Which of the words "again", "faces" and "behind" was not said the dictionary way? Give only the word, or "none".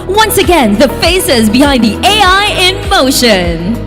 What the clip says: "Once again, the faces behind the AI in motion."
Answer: none